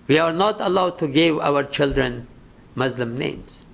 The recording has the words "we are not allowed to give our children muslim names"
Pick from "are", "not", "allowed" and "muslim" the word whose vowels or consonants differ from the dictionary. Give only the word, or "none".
none